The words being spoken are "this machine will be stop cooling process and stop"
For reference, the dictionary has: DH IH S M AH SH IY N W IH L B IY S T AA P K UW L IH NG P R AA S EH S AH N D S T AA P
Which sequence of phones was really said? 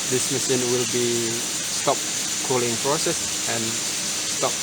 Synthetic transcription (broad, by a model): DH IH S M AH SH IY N W IH L B IY S T AA P K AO L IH NG F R S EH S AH N S T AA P